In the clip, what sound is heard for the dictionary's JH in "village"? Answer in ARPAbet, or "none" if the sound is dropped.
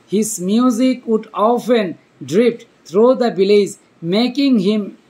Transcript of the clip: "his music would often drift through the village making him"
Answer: Z